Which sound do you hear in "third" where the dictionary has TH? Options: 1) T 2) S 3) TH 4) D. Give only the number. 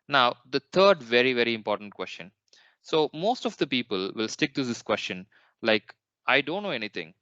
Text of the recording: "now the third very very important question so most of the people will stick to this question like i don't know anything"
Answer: 1